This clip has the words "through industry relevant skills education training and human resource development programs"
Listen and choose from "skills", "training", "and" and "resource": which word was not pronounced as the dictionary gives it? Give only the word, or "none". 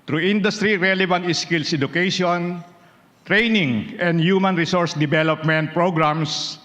skills